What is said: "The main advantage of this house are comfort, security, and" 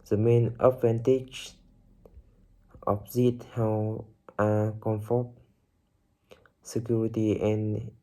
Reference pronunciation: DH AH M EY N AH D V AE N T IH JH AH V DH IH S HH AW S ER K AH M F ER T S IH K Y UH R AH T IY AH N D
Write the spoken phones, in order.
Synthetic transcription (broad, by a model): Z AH M EY N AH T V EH N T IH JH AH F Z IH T HH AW ER K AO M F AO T S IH K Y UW R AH T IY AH N